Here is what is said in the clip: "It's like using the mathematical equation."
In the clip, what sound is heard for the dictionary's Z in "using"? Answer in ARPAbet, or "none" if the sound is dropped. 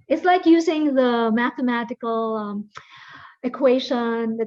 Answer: Z